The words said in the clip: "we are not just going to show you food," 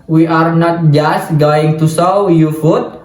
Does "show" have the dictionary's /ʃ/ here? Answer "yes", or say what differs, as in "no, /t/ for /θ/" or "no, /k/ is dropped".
no, /s/ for /ʃ/